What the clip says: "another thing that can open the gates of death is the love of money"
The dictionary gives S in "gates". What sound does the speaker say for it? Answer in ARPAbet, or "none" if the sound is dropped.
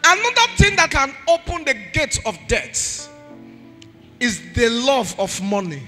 none